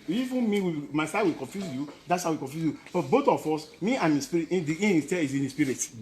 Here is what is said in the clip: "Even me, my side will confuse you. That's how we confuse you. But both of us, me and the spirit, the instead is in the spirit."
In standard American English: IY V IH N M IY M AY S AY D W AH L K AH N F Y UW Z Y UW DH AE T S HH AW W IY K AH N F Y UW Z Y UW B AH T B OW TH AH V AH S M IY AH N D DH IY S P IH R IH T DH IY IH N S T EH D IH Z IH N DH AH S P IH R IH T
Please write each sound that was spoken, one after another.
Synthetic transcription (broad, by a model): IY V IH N M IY M AY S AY W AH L K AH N F Y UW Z Y UW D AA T S HH AW W IY K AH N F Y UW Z Y UW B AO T B OW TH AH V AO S M IY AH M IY S P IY R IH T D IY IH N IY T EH IH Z IH N S P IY R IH T